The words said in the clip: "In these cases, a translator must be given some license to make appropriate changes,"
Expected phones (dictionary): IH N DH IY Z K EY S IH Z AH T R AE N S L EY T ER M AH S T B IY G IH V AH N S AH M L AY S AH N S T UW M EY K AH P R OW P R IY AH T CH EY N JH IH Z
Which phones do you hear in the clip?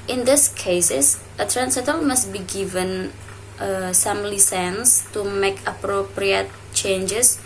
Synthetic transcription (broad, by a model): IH N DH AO S K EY S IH S AH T R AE N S EY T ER M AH S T B IY G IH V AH N S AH M L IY S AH N S T UW M EY K AH P R OW P R IY AH T CH EY N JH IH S